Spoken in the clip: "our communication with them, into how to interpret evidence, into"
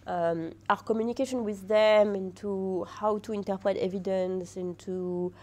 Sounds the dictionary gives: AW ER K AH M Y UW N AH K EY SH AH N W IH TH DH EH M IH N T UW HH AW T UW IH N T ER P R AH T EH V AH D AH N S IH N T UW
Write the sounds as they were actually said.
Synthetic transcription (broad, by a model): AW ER K AH M Y UW N AH K EY SH AH N W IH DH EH M IH N T UW HH AW T UW IH N T ER P R AH T EH V AH D AH N S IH N T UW